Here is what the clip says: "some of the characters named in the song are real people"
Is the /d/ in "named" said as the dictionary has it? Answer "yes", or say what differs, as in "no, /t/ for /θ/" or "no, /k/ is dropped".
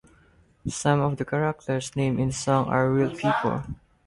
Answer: no, /d/ is dropped